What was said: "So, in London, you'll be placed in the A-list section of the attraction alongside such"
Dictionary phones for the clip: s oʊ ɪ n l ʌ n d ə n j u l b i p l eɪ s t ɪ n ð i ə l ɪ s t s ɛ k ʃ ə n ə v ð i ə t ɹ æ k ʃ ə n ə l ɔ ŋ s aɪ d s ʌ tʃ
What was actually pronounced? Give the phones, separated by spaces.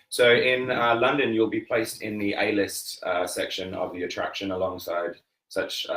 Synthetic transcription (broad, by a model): s oʊ ɪ n l ʌ n d ə n j u l b i p l eɪ s t ɪ n ð i ə l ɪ s t s ɛ k ʃ ə n ə v ð i ə t ɹ æ k ʃ ə n ə l ɔ ŋ s aɪ d s ʌ tʃ